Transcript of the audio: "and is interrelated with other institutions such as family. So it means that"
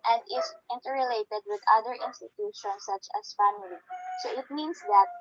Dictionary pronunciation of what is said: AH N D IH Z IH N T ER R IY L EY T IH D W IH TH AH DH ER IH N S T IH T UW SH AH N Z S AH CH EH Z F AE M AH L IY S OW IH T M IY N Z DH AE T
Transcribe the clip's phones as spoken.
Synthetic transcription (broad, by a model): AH N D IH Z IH N T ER R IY L EY T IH D W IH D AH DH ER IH N S T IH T UW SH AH N S AH CH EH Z F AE M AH L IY S OW IH T M IY N S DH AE T